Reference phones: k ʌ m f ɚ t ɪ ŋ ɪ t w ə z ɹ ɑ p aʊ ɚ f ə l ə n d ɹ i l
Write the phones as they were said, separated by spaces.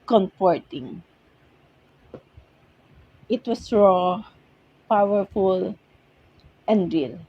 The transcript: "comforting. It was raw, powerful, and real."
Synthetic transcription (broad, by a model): k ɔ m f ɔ t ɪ ŋ ɪ t w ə s ɹ ɑ p aʊ ɚ f ə l ə n d ɹ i l